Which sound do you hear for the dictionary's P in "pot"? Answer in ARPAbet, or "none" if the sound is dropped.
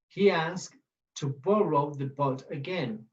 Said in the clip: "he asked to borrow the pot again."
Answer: B